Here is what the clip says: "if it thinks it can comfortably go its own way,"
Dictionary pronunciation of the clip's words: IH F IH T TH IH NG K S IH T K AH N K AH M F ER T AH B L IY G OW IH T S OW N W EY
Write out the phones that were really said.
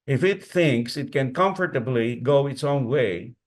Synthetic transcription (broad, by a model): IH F IH T TH IH NG K S IH T K AH N K AH M F ER T AH B L IY G OW IH T S OW N W EY